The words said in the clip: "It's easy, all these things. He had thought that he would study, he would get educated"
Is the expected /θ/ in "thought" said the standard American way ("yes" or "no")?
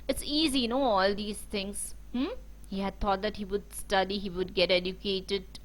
no